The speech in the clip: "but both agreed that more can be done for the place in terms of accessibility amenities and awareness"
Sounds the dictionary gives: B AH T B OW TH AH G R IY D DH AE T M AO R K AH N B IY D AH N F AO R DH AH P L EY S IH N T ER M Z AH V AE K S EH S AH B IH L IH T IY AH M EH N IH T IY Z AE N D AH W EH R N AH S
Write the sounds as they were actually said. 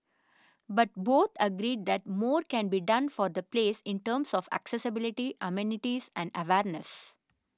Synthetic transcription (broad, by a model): B AH T B OW T AH G R IY D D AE T M AO R K AH N B IY D AH N F AO R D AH P L EY S IH N T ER M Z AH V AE K S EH S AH B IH L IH T IY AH M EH N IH T IY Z AE N D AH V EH R N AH S